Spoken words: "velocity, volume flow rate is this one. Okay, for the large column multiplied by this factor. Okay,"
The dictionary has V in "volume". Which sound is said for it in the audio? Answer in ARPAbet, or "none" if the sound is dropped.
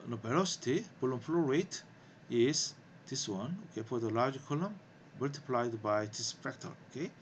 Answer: P